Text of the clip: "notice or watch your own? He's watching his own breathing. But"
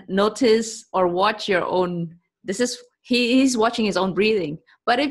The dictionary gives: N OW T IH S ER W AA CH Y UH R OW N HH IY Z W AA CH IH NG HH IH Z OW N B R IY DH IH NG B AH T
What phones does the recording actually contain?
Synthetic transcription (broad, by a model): N OW T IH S ER W AA CH Y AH R OW N HH IY Z W AA CH IH NG HH IH Z OW N B R IY DH IH NG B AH T